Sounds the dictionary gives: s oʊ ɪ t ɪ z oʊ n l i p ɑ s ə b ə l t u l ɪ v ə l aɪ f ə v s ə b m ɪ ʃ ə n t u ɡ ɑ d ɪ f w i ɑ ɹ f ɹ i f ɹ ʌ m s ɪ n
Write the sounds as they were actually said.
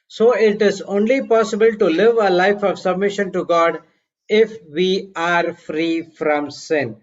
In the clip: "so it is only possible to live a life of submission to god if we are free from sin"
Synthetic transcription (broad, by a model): s oʊ ɪ t ɪ z oʊ n l i p ɑ s ə b ə l t u l ɪ v ə l aɪ f ə v s ə b m ɪ ʃ ə n t u ɡ ɑ d ɪ f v i ɑ ɹ f ɹ i f ɹ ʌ m s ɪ n